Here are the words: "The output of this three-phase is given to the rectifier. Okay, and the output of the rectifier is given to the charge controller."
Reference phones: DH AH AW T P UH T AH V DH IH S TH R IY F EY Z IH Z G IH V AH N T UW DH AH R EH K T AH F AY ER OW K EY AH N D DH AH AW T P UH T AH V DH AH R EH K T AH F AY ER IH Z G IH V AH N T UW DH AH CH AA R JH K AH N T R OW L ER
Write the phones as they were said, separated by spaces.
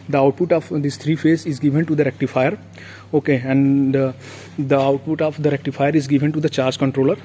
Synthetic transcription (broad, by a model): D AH AW T P UH T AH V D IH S T R IY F EY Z IH Z G IH V AH N T UW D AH R EH K T AH F AY ER OW K EY AH N D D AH AW T P UH T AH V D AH R EH K T AH F AY ER IH Z G IH V AH N T UW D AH CH AA R JH K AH N T R OW L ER